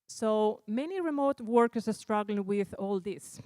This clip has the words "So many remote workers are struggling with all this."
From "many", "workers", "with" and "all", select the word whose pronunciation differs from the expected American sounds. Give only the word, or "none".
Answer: workers